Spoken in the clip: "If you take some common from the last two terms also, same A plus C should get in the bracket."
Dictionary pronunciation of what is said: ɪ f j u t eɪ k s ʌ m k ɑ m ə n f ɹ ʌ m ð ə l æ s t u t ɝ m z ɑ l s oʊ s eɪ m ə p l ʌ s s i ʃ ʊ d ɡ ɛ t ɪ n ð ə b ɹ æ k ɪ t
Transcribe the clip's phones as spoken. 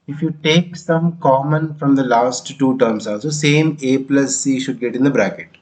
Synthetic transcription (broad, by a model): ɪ f j u t eɪ k s ʌ m k ɑ m ə n f ɹ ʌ m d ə l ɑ s t u t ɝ m s ɑ l s oʊ s eɪ m ə p l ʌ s s i ʃ ʊ d ɡ ɛ t ɪ n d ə b ɹ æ k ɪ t